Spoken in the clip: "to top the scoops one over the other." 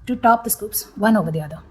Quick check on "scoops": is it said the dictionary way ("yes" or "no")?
yes